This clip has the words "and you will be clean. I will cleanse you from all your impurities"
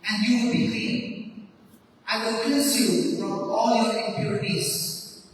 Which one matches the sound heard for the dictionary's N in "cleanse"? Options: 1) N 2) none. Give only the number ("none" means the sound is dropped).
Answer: 2